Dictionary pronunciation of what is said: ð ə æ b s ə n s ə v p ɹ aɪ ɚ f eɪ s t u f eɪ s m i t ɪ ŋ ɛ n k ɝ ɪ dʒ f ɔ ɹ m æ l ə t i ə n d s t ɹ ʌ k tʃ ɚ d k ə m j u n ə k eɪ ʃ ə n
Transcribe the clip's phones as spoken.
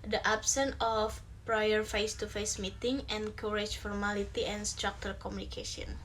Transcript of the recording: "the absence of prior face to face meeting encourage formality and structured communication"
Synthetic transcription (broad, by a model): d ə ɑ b s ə n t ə f p ɹ aɪ ɚ f eɪ s t u f eɪ s m i t ɪ ŋ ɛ n k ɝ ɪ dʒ f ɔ ɹ m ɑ l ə t i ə n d s t ɹ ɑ k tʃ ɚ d k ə m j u n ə k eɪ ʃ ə n